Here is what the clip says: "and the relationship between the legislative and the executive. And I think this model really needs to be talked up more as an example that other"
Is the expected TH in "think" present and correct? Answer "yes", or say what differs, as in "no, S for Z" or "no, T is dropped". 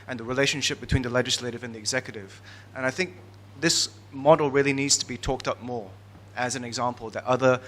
yes